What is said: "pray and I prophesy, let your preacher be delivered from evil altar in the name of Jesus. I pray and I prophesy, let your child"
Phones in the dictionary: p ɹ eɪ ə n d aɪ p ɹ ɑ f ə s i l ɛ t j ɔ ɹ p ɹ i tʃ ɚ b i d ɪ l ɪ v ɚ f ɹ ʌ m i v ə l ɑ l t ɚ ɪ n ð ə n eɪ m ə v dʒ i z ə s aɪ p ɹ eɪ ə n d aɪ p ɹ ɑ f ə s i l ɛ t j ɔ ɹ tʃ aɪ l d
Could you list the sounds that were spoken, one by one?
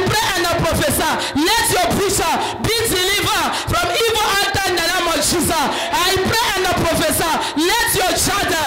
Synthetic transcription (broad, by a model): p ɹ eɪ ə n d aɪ p ɹ ɑ f ə s i l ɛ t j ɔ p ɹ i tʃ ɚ b i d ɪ l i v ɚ f ɹ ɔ m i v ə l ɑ t ɪ n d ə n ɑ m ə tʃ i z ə aɪ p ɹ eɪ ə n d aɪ p ɹ ɑ f ə s i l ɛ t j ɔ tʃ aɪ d